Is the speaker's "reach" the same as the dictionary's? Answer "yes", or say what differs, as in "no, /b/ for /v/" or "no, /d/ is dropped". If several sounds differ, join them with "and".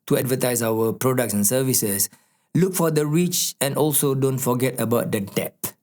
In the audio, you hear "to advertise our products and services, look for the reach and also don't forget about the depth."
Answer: yes